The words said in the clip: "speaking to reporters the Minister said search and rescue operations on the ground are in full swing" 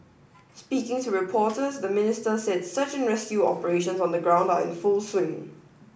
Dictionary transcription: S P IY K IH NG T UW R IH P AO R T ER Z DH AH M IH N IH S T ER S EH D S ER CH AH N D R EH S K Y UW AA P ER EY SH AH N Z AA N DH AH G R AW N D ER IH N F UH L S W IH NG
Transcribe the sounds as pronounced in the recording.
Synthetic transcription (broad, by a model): S P IY K IH NG T UW R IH P AO T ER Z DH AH M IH N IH S T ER S EH D S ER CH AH N R EH S K Y UW AA P ER EY SH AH N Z AA N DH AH G R AW N D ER IH N F UH L S W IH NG